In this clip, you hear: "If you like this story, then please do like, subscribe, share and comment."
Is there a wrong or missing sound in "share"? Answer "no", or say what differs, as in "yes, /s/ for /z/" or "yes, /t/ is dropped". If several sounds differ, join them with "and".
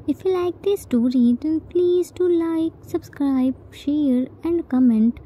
no